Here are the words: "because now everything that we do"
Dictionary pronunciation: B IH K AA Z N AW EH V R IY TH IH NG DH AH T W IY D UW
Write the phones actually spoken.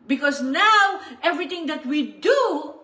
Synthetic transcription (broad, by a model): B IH K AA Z N AW EH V R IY T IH NG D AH T W IY D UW